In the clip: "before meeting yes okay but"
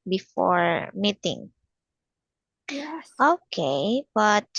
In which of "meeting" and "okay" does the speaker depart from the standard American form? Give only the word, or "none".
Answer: none